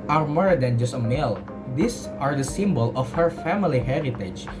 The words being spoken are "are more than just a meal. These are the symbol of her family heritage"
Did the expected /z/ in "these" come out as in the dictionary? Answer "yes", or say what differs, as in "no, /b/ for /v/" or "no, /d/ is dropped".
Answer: no, /s/ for /z/